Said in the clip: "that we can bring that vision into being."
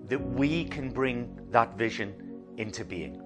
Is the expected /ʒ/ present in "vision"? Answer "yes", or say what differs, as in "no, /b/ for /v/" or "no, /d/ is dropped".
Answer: yes